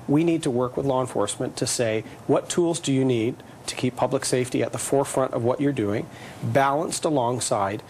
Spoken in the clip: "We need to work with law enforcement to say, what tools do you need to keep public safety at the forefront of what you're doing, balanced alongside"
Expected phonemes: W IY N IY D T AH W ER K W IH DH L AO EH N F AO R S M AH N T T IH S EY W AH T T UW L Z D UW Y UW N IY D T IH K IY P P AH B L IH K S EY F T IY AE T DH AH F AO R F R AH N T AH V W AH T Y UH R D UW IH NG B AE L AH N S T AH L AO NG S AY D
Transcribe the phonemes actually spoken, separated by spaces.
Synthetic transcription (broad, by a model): W IY N IY D T AH W ER K W IH DH L AO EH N F AO R S M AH N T T IH S EY W AH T T UW L Z D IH Y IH N IY D T IH K IY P P AH B L IH K S EY F T IY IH T DH AH F AO R F R AH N T AH V W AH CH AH R D UW IH NG B AE L AH N S T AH L AO NG S AY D